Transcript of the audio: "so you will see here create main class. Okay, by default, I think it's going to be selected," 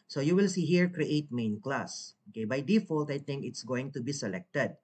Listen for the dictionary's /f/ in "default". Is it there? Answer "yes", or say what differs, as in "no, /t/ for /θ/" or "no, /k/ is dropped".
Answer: yes